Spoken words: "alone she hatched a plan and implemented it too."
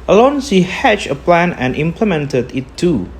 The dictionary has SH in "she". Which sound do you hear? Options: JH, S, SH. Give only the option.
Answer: S